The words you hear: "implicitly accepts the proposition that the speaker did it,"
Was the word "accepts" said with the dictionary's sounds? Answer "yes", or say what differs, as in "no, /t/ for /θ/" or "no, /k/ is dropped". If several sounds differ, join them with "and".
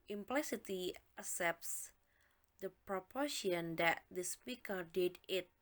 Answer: no, /k/ is dropped